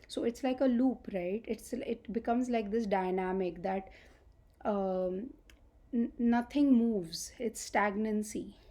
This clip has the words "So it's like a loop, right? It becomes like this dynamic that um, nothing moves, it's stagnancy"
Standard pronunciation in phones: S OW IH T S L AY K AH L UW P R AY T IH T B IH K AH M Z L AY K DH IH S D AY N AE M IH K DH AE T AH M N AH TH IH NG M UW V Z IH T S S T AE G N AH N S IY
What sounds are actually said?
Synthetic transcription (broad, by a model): S OW IH T S L AY K AH L UW P R AY T IH T B IH K AH M Z L AY K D IH S D AY N AE M IH K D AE T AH N AH T IH NG M UW V Z IH T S S T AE G N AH N S IY